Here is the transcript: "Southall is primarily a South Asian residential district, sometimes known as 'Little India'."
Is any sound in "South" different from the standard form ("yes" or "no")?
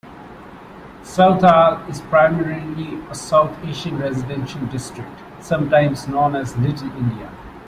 yes